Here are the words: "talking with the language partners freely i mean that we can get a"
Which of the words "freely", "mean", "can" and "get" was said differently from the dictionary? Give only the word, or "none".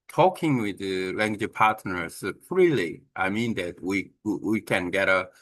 freely